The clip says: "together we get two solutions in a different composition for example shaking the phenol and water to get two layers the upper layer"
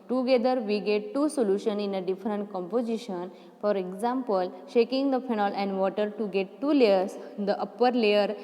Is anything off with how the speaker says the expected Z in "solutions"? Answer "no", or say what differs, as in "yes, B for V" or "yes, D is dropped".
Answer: yes, Z is dropped